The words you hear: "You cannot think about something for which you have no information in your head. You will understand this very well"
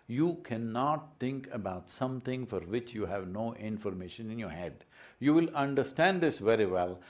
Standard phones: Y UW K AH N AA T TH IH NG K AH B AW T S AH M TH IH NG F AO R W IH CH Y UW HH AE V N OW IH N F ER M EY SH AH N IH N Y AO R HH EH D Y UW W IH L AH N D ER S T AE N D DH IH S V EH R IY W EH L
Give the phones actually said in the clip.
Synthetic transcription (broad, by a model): Y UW K AH N AA T T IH NG K AH B AW T S AH M T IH NG F AO R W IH CH Y UW HH AE V N OW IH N F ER M EY SH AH N IH N Y AO R HH EH D Y UW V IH L AH N D ER S T AE N D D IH S V EH R IY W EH L